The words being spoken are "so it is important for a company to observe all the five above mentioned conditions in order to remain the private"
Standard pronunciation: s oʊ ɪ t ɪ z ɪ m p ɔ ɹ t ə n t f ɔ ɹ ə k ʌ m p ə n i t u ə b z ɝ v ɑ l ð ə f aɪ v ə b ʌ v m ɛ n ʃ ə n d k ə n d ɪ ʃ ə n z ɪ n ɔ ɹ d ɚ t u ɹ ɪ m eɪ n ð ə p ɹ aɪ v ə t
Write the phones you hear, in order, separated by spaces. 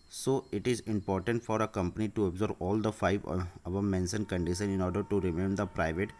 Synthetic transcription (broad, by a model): s oʊ ɪ t ɪ z ɪ m p ɔ ɹ t ə n t f ɔ ɹ ə k ʌ m p ə n i t u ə b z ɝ b ɑ l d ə f aɪ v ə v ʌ m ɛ n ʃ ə n k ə n d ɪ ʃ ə n ɪ n ɔ ɹ d ɚ t u ɹ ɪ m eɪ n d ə p ɹ aɪ v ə t